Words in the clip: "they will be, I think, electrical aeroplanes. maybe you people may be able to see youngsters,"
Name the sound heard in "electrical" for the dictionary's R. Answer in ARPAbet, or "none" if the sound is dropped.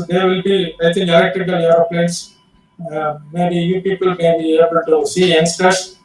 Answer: none